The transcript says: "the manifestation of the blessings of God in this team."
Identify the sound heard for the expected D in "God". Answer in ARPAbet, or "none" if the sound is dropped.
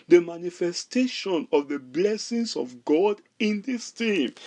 D